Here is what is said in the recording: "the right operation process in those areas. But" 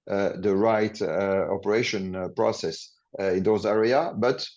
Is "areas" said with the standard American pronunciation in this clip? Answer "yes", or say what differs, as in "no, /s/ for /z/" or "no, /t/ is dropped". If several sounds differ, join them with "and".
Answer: no, /z/ is dropped